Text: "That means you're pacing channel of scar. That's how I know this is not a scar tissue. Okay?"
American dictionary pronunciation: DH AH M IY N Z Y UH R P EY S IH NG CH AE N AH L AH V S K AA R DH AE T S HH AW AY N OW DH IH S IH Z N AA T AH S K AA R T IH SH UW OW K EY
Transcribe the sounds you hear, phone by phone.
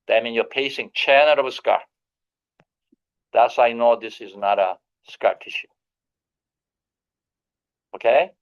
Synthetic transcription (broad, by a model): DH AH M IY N Y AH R P EY S IH NG CH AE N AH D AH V S K AA R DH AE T S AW AY N OW DH IH S IH Z N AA T AH S K AA R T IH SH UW OW K EY